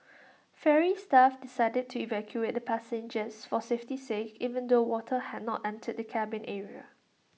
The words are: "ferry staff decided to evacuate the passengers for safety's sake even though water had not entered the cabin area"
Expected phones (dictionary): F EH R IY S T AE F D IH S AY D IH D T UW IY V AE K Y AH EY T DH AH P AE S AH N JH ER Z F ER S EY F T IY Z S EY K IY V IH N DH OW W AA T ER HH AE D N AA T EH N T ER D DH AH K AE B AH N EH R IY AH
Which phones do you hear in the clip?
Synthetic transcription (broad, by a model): F EH R IY S T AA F D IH S AY D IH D T UW IY V AE K Y AH EY T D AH P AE S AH N JH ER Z F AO S EY F T IY S EY K IY V IH N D OW W AA T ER HH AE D N AA T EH N T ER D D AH K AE B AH N EH R IY AH